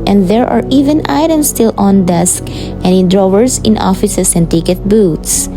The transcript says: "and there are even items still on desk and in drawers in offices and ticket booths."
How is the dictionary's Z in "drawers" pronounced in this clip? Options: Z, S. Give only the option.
S